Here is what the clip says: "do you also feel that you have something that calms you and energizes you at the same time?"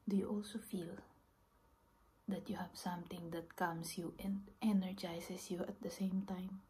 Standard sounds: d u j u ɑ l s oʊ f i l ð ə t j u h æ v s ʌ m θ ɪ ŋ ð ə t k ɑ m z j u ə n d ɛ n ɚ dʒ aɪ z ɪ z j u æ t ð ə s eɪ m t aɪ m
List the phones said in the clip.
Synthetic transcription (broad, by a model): d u j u ɑ l s oʊ f i l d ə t j u h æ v s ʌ m t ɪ ŋ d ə t k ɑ m s j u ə n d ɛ n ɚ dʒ aɪ s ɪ s j u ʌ t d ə s eɪ m t aɪ m